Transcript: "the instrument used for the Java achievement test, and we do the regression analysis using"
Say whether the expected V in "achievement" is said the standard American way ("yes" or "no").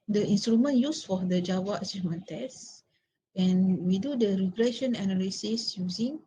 no